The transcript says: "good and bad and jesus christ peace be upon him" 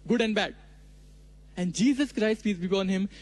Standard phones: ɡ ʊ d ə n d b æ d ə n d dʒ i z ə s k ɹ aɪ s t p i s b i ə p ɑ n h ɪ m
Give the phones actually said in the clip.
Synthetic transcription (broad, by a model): ɡ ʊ d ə n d b æ d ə n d dʒ i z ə s k ɹ aɪ s t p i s b i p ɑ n h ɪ m